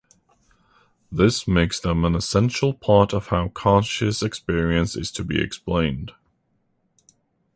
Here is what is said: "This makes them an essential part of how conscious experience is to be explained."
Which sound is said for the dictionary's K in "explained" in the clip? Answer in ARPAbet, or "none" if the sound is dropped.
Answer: K